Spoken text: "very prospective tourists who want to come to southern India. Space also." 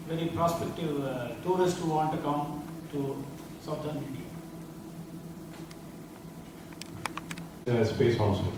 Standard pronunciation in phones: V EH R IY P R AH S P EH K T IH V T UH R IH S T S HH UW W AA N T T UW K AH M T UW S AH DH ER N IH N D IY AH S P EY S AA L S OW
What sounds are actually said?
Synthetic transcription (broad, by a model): V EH R IY P R AH S P EH K T IH V T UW R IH S T HH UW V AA N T T UW K AH M T UW S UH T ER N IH N D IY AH S P EY S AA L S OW